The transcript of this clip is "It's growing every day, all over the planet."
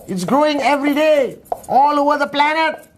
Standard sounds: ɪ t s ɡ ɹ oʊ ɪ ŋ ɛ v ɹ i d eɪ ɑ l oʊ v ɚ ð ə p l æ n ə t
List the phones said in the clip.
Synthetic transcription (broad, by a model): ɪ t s ɡ ɹ oʊ ɪ ŋ ɛ v ɹ i d eɪ ɑ l oʊ v ɚ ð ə p l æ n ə t